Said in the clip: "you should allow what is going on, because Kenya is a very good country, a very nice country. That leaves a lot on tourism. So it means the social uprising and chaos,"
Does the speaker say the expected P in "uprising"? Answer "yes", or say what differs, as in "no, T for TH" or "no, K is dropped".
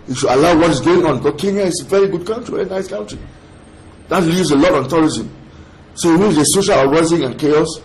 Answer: no, P is dropped